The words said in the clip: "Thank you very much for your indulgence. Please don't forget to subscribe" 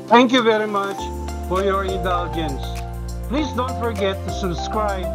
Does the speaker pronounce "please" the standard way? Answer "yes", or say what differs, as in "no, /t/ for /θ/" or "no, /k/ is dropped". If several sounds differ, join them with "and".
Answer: yes